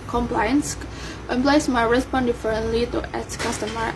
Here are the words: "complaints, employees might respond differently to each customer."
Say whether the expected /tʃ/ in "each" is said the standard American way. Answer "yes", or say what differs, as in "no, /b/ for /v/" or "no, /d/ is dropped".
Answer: no, /s/ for /tʃ/